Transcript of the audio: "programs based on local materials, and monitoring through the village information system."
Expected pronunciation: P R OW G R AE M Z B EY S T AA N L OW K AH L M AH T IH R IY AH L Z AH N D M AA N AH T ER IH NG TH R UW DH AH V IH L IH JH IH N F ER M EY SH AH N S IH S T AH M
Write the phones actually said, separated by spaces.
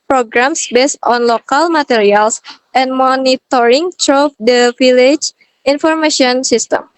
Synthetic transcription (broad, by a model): P R OW G R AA M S B EY S T AA N L OW K AH L M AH T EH R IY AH L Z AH N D M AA N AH T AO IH NG T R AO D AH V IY L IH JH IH N F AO M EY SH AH N S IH S T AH M